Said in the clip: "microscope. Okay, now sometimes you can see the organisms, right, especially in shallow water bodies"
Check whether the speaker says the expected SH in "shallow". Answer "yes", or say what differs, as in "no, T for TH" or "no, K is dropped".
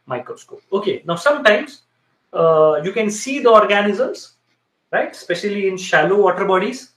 yes